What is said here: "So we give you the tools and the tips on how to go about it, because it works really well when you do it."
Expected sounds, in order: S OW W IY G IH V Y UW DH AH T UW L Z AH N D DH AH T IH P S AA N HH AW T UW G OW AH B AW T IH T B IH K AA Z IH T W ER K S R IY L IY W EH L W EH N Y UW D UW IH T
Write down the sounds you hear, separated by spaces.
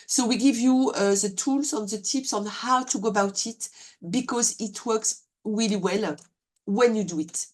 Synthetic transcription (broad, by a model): S OW W IY G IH V Y UW DH AH T UW L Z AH N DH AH T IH P S AA N HH AW T UW G OW AH B AW T IH T B IH K AA Z IH T W ER K S R IY L IY W EH L W EH N Y UW D UW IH T